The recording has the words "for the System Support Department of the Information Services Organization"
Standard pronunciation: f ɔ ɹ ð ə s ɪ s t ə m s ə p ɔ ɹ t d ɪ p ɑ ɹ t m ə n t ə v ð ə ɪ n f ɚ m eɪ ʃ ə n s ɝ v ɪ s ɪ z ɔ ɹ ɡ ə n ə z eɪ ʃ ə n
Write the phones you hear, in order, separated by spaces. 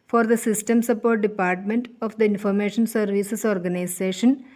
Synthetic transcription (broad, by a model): f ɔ ɹ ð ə s ɪ s t ə m s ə p ɔ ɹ t d ɪ p ɑ ɹ t m ə n t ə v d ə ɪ n f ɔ m eɪ ʃ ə n s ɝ v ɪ s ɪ s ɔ ɹ ɡ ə n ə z eɪ ʃ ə n